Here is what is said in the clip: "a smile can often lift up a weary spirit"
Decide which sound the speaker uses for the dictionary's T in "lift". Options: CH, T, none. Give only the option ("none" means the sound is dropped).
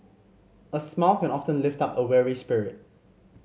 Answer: T